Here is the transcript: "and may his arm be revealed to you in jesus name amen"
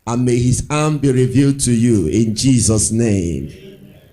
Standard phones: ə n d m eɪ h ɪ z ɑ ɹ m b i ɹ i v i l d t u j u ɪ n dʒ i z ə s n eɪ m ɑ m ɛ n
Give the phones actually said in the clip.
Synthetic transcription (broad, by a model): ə n m eɪ h ɪ z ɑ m b i ɹ i v i l d t u j u ɪ n dʒ i z ə s n eɪ ɑ m